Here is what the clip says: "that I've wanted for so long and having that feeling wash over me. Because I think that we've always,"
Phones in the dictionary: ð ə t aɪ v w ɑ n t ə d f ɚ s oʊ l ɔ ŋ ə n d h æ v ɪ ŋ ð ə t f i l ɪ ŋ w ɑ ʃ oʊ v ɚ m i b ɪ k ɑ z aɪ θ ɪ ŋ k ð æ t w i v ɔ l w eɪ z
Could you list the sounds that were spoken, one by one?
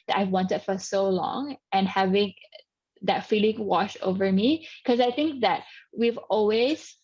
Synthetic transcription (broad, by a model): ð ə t aɪ v w ɑ n t ə d f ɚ s oʊ l ɔ ŋ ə n h æ v ɪ ŋ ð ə t f i l ɪ ŋ w ɑ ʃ oʊ v ɚ m i k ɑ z aɪ θ ɪ ŋ k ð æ t w i v ɔ l w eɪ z